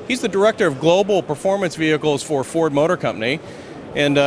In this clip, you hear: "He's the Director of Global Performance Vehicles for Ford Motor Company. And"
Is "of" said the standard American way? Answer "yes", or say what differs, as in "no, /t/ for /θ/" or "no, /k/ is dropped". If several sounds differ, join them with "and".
yes